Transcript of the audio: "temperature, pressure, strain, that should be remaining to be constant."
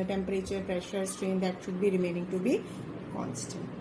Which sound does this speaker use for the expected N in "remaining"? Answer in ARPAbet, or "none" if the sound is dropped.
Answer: N